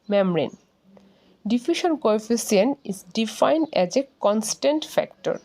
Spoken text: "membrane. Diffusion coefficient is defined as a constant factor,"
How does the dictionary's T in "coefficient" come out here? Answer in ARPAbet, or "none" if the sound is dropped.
none